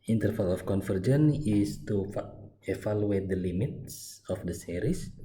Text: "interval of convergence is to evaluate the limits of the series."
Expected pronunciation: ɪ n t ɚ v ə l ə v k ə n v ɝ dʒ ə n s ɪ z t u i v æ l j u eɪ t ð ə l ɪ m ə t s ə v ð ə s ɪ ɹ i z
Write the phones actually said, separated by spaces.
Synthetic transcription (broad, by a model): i n t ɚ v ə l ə f k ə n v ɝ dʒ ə n ɪ s t u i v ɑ l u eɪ t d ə l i m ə t s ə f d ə s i ɹ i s